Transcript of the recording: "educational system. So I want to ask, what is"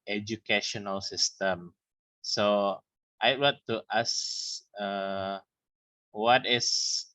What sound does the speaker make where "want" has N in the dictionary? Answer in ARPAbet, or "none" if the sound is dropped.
none